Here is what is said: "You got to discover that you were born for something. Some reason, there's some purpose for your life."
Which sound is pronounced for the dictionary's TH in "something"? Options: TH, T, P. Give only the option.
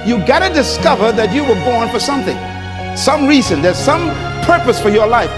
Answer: TH